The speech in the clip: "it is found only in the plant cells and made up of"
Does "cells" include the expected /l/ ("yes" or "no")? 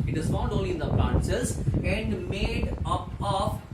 no